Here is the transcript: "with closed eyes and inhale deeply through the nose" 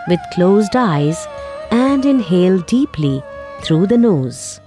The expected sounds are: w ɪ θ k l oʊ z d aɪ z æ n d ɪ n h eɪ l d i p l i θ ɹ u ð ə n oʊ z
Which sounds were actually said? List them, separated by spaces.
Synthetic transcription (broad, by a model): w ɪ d k l oʊ z d aɪ z æ n d ɪ n h eɪ l d i p l i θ ɹ u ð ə n oʊ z